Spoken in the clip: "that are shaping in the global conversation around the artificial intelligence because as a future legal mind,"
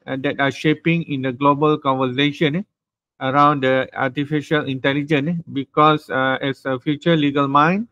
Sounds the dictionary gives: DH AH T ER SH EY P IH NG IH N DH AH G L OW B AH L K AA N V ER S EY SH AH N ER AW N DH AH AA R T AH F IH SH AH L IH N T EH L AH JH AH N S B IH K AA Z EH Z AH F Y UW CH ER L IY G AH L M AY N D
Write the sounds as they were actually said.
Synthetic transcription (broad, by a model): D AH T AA SH EY P IH NG IH N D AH G L OW B AH L K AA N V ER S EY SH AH N ER AW N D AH AA T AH F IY SH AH L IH N T EH L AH JH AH N B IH K AA S EH S AH F Y UW CH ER L IY G AH L M AY N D